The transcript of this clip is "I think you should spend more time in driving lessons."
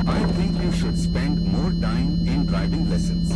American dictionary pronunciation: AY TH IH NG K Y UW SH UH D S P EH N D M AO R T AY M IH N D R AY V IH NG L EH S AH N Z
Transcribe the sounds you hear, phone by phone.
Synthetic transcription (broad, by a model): AY T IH NG K Y UW SH UH D S P EH N D M AO R T AY M IH N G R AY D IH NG L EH S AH N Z